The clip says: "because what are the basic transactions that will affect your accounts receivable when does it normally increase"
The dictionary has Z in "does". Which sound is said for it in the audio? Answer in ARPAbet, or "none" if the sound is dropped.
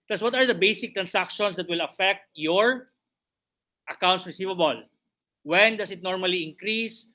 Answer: S